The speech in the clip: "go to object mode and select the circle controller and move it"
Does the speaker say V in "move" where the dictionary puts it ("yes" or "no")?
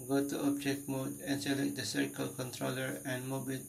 no